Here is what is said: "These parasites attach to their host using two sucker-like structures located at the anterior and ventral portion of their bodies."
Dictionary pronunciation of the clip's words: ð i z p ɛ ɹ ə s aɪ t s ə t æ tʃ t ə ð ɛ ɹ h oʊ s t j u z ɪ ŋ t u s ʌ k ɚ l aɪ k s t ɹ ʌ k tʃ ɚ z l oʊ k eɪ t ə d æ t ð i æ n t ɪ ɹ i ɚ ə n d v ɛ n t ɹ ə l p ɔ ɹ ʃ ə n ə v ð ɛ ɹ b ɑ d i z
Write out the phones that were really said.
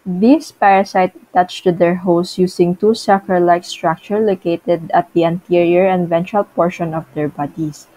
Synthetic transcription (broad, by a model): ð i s p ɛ ɹ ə s aɪ t ə t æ tʃ t ə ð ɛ ɹ h oʊ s j u s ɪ ŋ t u s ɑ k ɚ l aɪ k s t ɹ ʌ k tʃ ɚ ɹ l oʊ k eɪ t ə d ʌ t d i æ n t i ɹ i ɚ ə n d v ɛ n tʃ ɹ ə l p ɔ ɹ ʃ ə n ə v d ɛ ɹ b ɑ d i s